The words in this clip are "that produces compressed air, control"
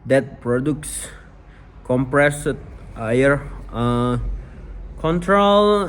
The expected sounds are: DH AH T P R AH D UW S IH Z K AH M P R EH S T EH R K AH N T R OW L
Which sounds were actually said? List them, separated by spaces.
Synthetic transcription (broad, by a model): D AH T P R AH D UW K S K AH M P R EH S T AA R K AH N T R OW L